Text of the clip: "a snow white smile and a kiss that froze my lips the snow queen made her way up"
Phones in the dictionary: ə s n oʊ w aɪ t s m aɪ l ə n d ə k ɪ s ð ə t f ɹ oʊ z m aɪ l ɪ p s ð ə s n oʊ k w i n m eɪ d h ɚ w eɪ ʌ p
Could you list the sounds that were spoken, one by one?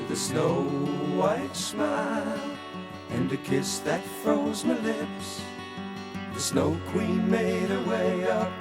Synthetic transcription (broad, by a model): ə s n oʊ w aɪ t s m aɪ l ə n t ə k ɪ s ð ə t f ɹ oʊ z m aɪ l ɪ p s ð ə s n oʊ k w i n m eɪ d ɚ w eɪ ʌ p